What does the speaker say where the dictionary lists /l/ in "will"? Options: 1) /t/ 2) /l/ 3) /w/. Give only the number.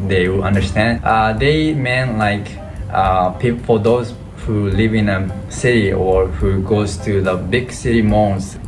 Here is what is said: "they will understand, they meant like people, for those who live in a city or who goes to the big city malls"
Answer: 3